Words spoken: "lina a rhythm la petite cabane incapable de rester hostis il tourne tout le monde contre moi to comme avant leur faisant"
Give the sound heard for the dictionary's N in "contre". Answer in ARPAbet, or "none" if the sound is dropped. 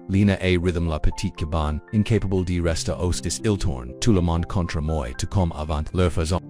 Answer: N